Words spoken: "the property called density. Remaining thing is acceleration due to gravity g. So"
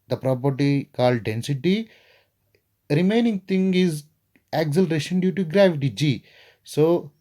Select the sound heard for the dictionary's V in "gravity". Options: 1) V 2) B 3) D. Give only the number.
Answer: 1